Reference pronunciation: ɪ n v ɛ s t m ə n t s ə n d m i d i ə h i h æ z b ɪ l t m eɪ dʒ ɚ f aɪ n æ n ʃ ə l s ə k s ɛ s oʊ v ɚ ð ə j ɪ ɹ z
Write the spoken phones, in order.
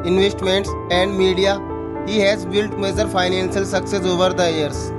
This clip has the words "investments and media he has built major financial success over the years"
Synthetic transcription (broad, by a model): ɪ n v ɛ s t m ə n t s ə n d m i d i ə h i h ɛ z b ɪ l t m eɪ z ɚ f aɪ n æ n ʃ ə l s ə k s ɛ s oʊ v ɚ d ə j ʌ ɹ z